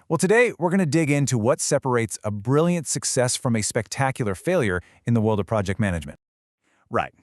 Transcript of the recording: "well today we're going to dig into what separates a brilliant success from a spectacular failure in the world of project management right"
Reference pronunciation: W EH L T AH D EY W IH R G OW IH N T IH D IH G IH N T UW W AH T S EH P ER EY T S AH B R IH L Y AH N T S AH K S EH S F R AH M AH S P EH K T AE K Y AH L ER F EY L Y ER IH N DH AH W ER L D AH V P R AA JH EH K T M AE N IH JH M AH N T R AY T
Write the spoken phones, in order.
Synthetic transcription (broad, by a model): W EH L T AH D EY W IH R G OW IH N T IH D IH G IH N T UW W AH T S EH P ER EY T S AH B R IH L Y AH N T S AH K S EH S F R AH M AH S P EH K T AE K Y L ER F EY L Y ER IH N DH AH W ER L D AH V P R AA JH EH K T M AE N IH JH M AH N T R AY T